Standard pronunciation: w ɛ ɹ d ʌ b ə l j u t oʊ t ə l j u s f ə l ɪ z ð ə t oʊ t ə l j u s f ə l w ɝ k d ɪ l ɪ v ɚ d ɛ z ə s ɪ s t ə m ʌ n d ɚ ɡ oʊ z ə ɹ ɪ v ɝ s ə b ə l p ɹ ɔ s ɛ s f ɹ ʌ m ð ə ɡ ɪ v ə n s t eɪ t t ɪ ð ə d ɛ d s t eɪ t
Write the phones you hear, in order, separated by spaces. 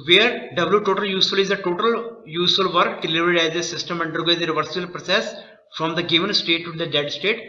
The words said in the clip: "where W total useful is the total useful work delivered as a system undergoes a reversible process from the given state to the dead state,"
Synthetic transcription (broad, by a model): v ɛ ɹ d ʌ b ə l j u t oʊ t ə l j u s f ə l ɪ z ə t oʊ t ə l j u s f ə l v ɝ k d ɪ l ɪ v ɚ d ɛ z ə s ɪ s t ə m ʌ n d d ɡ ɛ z ə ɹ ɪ v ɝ s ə ə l p ɹ ɔ s ɛ s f ɹ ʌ m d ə ɡ ɪ v ə n s t eɪ t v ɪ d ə d ɛ d s t eɪ t